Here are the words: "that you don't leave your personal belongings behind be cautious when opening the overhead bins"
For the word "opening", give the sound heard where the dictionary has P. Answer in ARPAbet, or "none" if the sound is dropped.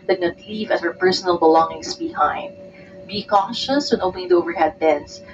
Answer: none